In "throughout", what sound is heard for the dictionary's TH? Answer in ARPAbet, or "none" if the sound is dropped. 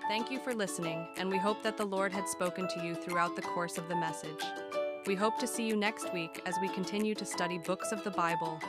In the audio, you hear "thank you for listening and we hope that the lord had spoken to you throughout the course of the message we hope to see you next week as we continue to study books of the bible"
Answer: TH